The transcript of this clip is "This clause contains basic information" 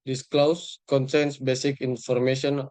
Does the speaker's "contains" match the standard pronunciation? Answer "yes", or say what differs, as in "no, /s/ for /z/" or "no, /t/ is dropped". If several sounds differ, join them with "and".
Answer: no, /s/ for /t/ and /s/ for /z/